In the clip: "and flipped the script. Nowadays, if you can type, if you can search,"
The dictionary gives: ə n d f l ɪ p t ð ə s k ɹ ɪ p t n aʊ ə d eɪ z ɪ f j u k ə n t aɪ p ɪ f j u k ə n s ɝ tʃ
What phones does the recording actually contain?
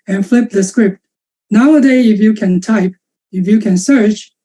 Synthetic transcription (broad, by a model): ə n f l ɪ p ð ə s k ɹ ɪ p t n aʊ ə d eɪ ɪ f j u k ə n t aɪ p ɪ f j u k ə n s ɝ tʃ